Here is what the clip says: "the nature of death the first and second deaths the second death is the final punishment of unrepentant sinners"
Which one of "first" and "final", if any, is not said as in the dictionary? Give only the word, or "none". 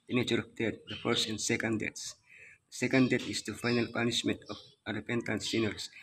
first